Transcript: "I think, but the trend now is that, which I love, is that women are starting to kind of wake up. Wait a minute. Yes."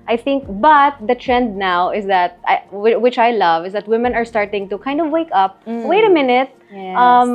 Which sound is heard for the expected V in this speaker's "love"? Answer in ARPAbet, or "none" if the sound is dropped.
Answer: V